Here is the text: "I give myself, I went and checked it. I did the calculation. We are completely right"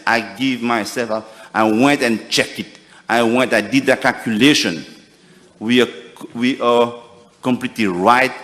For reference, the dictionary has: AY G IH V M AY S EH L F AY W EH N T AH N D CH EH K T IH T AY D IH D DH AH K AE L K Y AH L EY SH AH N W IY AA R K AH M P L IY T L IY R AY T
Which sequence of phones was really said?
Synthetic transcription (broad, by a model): AY G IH V M AY S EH L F AY W EH N T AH N CH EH K T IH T AY D IH D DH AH K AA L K Y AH L EY SH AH N W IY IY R K AH M P L IY T L IY R AY T